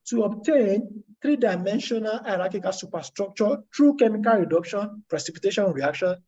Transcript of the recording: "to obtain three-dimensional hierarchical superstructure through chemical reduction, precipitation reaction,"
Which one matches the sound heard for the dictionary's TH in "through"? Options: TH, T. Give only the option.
T